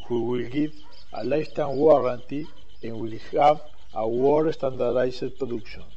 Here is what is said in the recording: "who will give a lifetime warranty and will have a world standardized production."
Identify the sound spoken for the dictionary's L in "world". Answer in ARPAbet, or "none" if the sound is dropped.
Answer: none